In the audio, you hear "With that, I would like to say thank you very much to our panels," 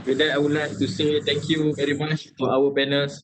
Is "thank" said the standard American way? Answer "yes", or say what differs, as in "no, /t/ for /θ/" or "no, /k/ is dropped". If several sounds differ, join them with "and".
no, /t/ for /θ/